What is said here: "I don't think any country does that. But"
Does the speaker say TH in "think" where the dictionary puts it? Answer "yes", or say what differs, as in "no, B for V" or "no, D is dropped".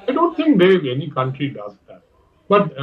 no, T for TH